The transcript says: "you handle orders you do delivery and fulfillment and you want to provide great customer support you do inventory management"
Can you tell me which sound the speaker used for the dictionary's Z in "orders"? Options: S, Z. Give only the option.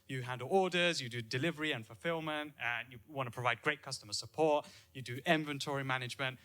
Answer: Z